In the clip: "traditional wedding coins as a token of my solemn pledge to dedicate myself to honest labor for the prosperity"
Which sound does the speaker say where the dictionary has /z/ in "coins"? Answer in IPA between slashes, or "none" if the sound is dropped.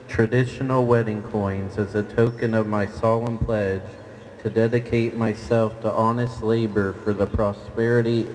/z/